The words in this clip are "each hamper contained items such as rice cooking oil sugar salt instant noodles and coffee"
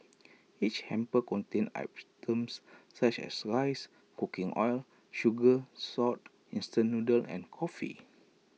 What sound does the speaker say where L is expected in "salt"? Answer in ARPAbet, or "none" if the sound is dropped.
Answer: none